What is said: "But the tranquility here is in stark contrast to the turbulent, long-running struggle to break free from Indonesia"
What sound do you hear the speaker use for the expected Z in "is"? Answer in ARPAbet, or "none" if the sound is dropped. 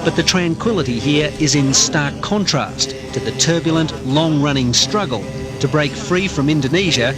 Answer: Z